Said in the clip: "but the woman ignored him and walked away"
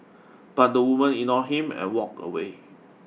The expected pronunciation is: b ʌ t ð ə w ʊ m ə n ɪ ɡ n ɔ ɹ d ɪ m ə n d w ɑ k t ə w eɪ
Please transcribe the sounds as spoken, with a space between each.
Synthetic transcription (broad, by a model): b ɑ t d ə w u m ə n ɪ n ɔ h ɪ m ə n w ɑ k ə w eɪ